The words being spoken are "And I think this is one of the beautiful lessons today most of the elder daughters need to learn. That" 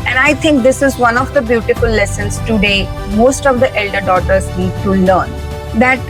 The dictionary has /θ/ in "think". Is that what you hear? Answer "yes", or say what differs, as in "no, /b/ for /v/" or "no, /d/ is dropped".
no, /t/ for /θ/